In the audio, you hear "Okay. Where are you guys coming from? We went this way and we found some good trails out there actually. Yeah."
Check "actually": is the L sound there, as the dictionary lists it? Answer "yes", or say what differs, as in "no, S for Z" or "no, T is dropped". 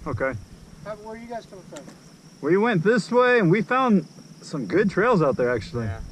no, L is dropped